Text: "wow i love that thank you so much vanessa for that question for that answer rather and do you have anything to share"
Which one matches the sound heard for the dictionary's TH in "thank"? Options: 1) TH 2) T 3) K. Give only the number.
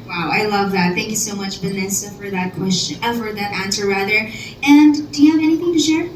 1